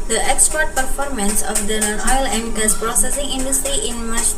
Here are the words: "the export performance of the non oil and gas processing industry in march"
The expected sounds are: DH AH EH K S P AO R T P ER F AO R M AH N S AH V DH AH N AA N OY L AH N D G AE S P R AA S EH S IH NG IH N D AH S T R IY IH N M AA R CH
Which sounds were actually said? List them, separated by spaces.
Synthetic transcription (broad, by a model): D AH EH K S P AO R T P ER F AO R M AH N S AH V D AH N AA N OY L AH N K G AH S P R AA S EH S IH NG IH N D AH S T R IY IH N M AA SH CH